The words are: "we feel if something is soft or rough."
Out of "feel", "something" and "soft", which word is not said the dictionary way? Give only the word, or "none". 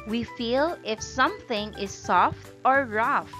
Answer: none